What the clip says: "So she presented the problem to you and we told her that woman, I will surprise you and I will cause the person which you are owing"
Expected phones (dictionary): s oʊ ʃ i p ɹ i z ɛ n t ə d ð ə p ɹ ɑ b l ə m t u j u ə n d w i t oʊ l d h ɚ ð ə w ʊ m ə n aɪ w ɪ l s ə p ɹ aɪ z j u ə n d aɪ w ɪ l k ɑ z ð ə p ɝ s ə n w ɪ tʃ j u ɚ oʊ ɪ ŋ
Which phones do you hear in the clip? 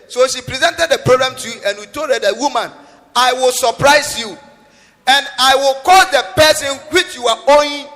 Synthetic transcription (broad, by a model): s oʊ ʃ i p ɹ i z ɛ n t ə d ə p ɹ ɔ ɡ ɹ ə m t u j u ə n w i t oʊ d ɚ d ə w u m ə n aɪ w ɪ l s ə p ɹ aɪ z j u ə n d aɪ w ɪ l k ɑ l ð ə p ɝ s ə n w ɪ tʃ j u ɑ oʊ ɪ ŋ